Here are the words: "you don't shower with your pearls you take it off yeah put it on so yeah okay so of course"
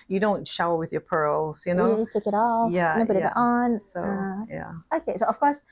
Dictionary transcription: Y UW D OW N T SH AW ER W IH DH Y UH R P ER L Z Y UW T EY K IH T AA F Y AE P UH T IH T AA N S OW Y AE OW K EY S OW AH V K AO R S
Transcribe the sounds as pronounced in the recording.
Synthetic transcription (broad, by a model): Y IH D OW N T SH AW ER W IH DH Y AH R P ER L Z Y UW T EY K IH T AA F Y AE B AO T IH T AA N S OW Y AE OW K EY S OW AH F K AO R S